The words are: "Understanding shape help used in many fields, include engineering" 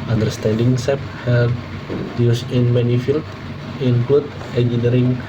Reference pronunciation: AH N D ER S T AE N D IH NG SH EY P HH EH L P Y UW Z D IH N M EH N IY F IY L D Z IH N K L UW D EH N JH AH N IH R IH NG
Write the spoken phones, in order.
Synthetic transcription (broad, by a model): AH N D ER S T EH N D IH NG S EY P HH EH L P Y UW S IH N M EH N IY F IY L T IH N K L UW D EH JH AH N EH R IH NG